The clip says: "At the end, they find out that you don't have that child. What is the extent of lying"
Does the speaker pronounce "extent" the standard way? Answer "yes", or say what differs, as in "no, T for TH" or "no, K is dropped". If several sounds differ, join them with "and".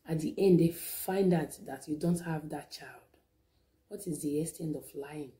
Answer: no, K is dropped